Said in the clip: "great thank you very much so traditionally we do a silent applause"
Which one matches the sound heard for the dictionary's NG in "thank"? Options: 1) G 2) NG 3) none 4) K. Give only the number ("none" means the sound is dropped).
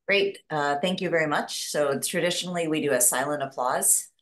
2